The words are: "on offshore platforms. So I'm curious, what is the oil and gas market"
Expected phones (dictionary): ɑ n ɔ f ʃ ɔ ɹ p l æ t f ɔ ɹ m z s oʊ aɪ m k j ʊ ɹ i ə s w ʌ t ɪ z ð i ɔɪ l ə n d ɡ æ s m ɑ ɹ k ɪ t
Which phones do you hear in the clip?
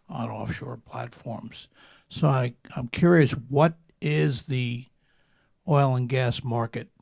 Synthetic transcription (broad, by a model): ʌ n ɔ f ʃ ɔ ɹ p l æ t f ɔ ɹ m z s oʊ aɪ m k j ʊ ɹ i ə s w ʌ t ɪ z ð i ɔɪ l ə n ɡ æ s m ɑ ɹ k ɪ t